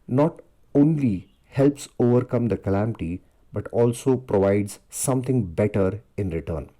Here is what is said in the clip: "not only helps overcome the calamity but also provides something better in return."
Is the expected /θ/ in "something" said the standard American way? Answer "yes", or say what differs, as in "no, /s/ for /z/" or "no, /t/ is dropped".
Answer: no, /t/ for /θ/